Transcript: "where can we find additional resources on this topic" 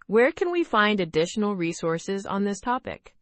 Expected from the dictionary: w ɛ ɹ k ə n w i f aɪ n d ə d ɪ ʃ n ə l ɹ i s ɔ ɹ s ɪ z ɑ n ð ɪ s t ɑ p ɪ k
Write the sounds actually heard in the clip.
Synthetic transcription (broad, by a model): w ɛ ɹ k ə n w i f aɪ n d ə d ɪ ʃ n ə l ɹ i s ɔ ɹ s ɪ z n ð ɪ s t ɑ p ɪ k